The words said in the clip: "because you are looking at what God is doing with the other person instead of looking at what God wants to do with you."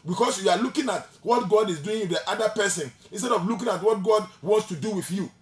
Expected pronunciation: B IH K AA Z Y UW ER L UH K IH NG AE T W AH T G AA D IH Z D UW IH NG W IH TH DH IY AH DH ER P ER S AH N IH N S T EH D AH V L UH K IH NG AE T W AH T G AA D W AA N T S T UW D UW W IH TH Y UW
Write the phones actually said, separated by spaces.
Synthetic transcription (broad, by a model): B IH K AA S Y UW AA L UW K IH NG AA T W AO T G AA D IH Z D UW IH NG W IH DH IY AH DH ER P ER S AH N IH N S T EH D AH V L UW K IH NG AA T W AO T G AA D W AA N T S T UW D UW W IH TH Y UW